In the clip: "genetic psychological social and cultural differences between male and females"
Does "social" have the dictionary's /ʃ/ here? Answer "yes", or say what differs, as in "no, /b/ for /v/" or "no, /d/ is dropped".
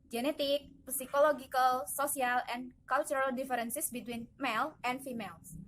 no, /s/ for /ʃ/